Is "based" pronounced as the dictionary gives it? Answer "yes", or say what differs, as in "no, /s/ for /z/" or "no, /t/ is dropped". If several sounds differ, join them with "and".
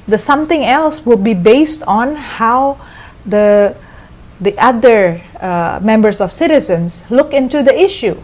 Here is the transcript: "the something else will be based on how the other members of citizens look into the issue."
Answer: yes